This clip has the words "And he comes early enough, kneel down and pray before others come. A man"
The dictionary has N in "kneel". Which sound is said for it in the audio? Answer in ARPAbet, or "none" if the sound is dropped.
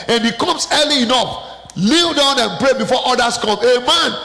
L